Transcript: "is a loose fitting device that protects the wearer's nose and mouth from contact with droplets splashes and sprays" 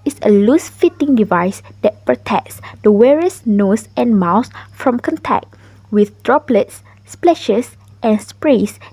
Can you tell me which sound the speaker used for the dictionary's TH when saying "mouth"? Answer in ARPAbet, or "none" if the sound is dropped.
S